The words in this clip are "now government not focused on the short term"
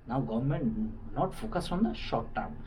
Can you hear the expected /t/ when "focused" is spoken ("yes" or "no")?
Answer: no